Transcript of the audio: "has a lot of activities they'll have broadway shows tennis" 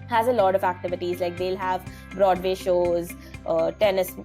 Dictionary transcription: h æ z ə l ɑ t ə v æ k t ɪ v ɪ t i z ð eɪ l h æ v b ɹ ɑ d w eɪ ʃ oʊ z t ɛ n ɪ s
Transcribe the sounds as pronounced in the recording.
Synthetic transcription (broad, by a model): h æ z ə l ɑ t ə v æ k t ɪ v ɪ t i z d eɪ l h æ v b ɹ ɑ d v eɪ ʃ oʊ z t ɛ n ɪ s